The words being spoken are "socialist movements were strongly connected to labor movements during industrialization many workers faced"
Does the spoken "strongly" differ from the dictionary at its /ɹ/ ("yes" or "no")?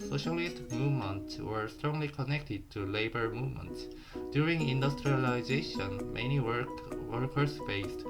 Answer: no